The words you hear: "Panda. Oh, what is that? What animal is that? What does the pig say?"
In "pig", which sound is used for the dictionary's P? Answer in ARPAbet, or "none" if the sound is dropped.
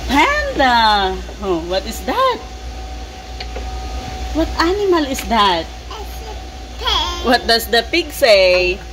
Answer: P